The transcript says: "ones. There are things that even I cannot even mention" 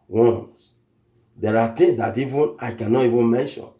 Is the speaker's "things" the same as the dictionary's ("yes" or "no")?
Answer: no